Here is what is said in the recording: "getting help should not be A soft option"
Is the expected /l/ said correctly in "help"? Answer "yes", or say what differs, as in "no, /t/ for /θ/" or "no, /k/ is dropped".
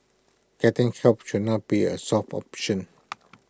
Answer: no, /l/ is dropped